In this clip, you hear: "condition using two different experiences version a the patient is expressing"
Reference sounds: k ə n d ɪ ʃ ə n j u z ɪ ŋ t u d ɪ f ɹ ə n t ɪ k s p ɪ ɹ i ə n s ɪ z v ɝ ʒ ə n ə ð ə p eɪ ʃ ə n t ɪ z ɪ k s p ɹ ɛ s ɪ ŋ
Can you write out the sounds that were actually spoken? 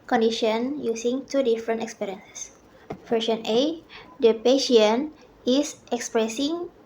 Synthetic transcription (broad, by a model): k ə n d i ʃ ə n j u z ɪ ŋ t u d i f ɹ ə n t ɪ k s p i ɹ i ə n s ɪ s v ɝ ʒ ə n ə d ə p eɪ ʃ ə n ɪ s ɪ k s p ɹ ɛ s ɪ ŋ